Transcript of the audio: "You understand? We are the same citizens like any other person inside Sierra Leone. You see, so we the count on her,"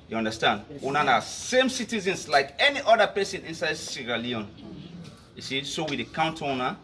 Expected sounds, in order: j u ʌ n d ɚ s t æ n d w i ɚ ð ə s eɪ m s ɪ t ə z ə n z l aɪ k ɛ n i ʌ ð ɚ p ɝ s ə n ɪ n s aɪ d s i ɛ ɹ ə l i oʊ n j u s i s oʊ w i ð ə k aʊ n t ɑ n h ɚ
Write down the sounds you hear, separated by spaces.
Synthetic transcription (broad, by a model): j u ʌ n d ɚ s t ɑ n d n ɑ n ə s eɪ m s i t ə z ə n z l aɪ k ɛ n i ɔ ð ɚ p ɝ s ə n ɪ n s aɪ d s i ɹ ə l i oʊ n j u s i s oʊ w i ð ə k aʊ n t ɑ n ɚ